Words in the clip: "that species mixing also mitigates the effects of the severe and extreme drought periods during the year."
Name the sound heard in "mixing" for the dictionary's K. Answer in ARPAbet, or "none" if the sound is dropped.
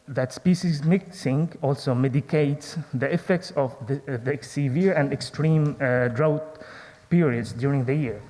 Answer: K